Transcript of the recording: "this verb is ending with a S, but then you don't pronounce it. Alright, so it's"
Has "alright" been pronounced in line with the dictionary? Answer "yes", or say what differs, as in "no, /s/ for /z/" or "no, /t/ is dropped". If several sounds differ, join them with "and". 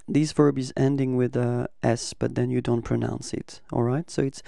yes